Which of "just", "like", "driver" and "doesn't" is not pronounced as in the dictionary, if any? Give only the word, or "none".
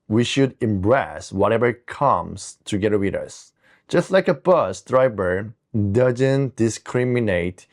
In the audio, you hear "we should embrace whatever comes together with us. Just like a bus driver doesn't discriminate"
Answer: driver